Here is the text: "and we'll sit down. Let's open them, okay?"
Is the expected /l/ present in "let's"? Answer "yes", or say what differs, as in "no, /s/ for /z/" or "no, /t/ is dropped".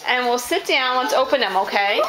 no, /w/ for /l/